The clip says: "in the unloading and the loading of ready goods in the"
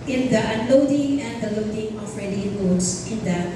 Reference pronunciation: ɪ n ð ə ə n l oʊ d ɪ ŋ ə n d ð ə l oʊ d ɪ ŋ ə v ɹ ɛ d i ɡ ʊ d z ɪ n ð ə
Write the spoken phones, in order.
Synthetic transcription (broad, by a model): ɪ n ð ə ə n l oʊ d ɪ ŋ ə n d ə l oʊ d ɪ ŋ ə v ɹ ɛ d i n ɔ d s ɪ n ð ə